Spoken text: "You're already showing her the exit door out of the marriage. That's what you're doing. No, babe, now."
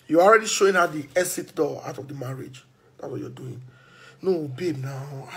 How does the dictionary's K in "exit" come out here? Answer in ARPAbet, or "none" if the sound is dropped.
none